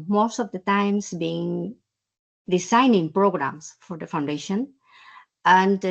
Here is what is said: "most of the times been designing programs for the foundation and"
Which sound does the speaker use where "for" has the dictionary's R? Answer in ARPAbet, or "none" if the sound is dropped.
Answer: R